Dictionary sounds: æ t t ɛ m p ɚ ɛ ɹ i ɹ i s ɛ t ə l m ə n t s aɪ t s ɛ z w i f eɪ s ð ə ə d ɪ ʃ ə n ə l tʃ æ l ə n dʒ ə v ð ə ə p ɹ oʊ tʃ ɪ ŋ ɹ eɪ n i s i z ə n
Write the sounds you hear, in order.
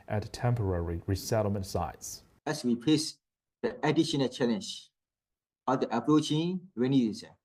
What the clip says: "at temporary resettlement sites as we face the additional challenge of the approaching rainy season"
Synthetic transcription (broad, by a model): t t ɛ m p ɚ ɛ ɹ i ɹ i s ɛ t l m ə n t s aɪ t s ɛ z w i p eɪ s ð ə ə d ɪ ʃ ə n ə l tʃ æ l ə n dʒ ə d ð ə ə p ɹ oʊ tʃ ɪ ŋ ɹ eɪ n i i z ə